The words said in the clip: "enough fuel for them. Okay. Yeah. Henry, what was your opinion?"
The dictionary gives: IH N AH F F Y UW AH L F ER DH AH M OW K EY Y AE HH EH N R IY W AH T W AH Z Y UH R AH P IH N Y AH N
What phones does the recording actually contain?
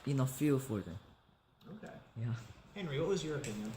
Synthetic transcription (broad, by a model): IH N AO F F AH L F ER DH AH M OW K EY Y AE HH EH N R IY W AH T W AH Z Y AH R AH P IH N Y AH N